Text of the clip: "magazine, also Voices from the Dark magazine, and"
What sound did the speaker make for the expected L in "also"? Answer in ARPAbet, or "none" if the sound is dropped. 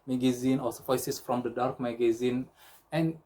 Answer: none